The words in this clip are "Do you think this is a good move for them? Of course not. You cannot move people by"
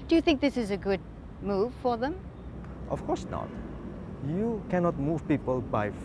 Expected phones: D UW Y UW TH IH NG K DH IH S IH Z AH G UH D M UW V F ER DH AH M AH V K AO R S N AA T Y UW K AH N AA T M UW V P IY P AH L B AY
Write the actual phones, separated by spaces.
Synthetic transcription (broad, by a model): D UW Y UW TH IH NG K DH IH S IH Z AH G UH D M UW V F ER DH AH M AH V K AO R S N AA T Y UW K AH N AA T M UW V P IY P AH L B AY